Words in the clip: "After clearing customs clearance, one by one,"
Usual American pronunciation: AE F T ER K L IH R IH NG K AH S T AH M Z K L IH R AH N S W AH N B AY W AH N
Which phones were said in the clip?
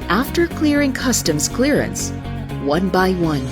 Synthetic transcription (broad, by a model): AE F T ER K L IH R IH NG K AH S T AH M Z K L IH R AH N S W AH N B AY W AH N